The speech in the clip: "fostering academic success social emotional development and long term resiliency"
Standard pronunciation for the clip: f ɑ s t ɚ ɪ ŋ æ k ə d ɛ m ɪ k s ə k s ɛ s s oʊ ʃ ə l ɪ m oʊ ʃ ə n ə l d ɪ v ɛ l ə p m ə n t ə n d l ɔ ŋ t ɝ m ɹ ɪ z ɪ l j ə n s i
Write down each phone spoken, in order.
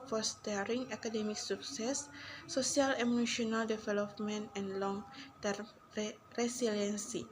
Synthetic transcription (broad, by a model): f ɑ s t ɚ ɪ ŋ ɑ k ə d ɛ m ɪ k s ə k s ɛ s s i ə l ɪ m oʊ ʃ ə n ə l d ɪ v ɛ l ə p m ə n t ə n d l ɔ ŋ t ɝ m ɹ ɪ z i l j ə n s i